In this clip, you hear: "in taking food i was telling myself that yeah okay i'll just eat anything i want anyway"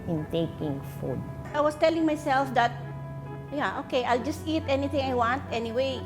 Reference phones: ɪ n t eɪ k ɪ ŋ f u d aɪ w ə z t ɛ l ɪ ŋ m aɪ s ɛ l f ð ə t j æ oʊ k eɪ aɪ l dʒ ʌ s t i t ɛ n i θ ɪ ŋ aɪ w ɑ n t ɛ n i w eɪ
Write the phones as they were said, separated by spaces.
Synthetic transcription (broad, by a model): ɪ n t eɪ k ɪ ŋ f u d aɪ w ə s t ɛ l ɪ ŋ m aɪ s ɛ l f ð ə t j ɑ oʊ k eɪ aɪ l dʒ ʌ s t i t ɛ n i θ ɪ ŋ aɪ w ɑ n t ɛ n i w eɪ